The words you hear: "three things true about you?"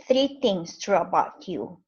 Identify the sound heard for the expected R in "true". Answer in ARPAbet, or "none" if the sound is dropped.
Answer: R